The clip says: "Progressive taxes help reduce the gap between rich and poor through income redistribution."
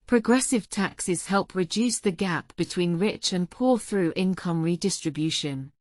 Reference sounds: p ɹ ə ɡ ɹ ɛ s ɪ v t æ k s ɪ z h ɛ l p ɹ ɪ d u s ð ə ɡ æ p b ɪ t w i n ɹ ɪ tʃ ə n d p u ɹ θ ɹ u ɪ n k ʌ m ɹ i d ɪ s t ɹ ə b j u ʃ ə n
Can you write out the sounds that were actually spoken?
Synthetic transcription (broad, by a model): p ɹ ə ɡ ɹ ɛ s ɪ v t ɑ k s ɪ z h ɛ l p ɹ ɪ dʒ u s ð ə ɡ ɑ p b ɪ t w i n ɹ ɪ tʃ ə n p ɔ θ ɹ u ɪ n k ʌ m ɹ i d ɪ s t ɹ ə b j u ʃ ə n